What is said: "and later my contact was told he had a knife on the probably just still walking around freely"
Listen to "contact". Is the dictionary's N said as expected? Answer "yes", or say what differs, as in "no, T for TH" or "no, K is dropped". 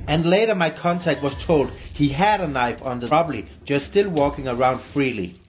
yes